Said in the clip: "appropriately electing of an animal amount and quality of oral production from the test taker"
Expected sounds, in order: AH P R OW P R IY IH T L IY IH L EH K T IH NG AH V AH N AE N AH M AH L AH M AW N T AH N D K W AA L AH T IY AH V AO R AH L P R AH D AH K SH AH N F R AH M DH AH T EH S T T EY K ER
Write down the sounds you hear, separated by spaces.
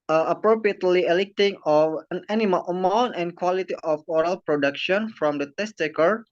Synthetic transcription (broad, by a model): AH P R OW P R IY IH T L IY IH L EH K T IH NG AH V AH N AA N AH M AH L AH M AW N T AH N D K W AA L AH T IY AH F AO R AH L P R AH D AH K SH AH N F R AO M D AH T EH S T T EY K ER